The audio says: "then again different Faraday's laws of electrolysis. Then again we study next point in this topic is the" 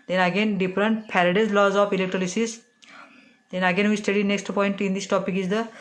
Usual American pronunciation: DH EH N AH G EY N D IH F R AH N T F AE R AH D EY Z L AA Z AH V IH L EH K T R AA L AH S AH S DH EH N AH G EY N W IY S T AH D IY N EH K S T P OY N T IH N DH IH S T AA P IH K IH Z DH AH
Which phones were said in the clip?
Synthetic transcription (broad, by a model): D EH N AH G EY N D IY P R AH N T P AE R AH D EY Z L AA Z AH P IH L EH K T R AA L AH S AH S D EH N AH G EY N W IY S T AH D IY N EH K S T P OY N T IH N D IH S T AA P IH K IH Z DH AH